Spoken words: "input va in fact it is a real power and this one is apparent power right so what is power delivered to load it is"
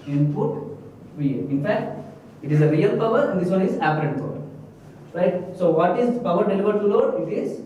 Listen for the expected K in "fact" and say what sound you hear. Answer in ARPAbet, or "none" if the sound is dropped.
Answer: K